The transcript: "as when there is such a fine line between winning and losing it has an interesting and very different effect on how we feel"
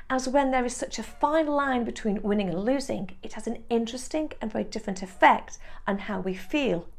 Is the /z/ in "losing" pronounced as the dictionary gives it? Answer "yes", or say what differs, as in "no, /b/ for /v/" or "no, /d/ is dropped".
yes